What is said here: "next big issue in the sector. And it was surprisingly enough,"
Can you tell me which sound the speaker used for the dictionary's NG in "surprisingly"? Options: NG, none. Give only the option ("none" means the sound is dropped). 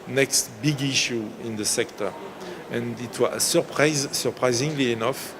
NG